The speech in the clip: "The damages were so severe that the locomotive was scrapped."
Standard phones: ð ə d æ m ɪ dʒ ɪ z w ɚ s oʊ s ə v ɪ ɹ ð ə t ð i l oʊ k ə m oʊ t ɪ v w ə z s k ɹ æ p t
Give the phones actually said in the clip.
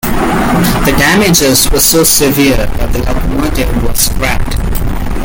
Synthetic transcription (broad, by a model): ð ə d æ m ɪ dʒ ɪ z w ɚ s oʊ s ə v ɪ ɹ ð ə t ð i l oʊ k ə ɪ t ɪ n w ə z s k ɹ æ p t